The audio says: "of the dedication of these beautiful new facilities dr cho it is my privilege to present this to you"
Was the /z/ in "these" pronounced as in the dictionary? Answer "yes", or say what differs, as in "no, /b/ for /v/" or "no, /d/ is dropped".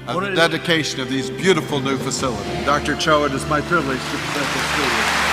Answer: yes